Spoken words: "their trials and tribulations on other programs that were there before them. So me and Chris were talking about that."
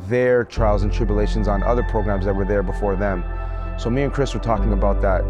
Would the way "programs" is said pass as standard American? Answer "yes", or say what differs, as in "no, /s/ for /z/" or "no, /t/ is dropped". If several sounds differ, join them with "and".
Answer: yes